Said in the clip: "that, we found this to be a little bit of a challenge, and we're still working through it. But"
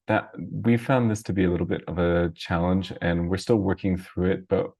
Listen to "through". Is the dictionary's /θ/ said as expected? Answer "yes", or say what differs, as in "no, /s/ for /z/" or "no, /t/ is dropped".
yes